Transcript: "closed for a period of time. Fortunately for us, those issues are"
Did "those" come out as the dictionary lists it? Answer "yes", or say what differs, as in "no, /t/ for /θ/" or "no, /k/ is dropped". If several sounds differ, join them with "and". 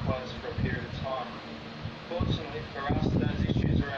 yes